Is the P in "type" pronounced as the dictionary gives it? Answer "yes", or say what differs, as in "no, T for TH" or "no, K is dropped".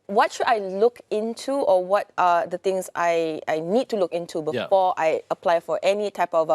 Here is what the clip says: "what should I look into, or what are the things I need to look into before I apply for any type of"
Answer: yes